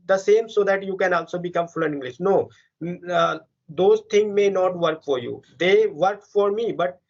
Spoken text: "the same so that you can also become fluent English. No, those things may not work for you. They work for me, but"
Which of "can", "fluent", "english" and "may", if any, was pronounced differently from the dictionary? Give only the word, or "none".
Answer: fluent